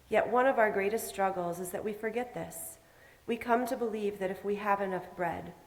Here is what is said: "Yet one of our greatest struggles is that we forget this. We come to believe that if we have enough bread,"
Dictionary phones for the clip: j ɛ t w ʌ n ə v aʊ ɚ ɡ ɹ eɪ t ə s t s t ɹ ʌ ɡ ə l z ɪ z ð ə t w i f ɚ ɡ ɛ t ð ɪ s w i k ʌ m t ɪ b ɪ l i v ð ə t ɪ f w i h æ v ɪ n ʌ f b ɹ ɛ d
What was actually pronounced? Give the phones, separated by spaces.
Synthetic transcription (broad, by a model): j ɛ t w ʌ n ə v aʊ ɚ ɡ ɹ eɪ t ə s t s t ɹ ʌ ɡ l z ɪ z ð ə t w i f ɚ ɡ ɛ t ð ɪ s w i k ʌ m t ɪ b ɪ l i v ð ə t ɪ f w i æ v ɪ n ʌ f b ɹ ɛ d